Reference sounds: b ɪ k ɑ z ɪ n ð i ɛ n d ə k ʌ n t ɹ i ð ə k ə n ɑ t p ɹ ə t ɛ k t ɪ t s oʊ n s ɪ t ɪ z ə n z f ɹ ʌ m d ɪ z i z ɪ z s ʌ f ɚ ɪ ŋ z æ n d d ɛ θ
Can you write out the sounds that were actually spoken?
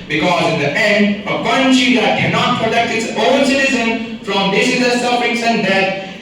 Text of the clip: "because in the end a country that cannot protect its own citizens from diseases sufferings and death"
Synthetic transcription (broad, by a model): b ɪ k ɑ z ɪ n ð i ɛ n d ə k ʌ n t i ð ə k ə n ɑ t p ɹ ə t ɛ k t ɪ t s oʊ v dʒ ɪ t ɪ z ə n f ɹ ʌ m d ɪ s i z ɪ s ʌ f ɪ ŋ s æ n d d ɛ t